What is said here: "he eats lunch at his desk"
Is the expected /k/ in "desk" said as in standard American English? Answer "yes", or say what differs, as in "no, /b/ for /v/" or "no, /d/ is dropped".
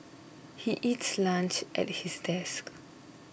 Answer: yes